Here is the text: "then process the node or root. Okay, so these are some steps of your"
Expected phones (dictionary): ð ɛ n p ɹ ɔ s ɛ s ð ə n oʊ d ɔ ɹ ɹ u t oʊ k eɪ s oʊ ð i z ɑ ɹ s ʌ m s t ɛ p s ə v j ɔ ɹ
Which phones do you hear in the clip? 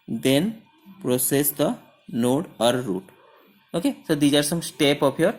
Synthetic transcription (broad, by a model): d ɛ n p ɹ ɔ s ɛ s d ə n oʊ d ɔ ɹ ɹ u t oʊ k eɪ s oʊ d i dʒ ɑ ɹ s ʌ m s t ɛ p ə p j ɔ ɹ